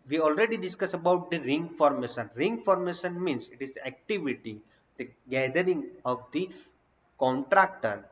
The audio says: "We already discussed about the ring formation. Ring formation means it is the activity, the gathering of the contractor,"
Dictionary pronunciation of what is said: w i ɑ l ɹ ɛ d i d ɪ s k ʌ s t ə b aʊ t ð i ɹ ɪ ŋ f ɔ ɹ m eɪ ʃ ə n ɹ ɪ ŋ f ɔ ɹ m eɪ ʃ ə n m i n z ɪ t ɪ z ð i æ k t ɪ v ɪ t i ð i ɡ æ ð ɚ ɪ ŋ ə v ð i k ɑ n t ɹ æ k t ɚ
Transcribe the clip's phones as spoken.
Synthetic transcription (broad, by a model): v i ɑ l ɹ ɛ d i d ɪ s k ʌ s ə b aʊ t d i ɹ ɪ ŋ f ɔ ɹ m eɪ ʃ ə n ɹ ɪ ŋ f ɔ ɹ m eɪ ʃ ə n m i n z ɪ t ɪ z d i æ k t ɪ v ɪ t i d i ɡ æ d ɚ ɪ ŋ ə v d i k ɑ n t ɹ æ k t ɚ